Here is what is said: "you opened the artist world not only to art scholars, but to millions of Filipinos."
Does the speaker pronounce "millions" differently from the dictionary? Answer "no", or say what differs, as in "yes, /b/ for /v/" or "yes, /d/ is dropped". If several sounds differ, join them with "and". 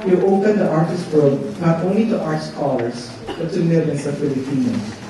yes, /s/ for /z/